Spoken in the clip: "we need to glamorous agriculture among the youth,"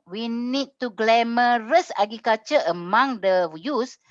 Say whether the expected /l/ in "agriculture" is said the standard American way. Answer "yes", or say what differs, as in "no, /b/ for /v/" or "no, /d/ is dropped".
no, /l/ is dropped